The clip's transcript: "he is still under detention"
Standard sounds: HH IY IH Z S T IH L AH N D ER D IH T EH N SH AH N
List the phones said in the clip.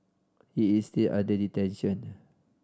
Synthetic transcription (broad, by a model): HH IY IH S T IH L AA D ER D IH T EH N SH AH N